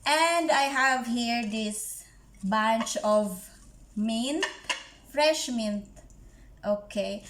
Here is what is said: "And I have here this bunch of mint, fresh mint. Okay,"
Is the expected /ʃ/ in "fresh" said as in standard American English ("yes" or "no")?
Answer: yes